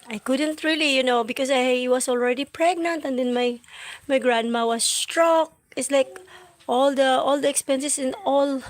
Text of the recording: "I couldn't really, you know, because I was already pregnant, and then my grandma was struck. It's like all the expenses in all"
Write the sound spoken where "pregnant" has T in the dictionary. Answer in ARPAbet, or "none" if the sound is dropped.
T